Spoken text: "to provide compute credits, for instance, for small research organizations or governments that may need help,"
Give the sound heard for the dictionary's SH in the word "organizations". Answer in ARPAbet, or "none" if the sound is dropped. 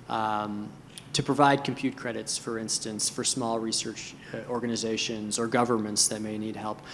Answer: SH